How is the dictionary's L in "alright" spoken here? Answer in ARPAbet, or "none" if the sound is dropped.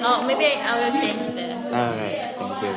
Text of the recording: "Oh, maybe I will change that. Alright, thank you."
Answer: none